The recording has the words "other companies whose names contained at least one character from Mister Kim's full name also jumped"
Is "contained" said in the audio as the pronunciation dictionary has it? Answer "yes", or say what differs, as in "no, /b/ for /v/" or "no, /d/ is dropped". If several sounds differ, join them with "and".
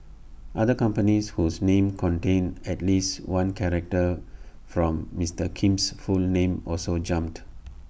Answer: no, /d/ is dropped